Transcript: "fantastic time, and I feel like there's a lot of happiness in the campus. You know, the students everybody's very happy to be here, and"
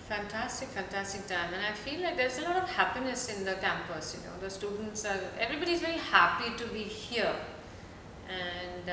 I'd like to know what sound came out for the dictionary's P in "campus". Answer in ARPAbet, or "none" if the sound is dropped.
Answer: P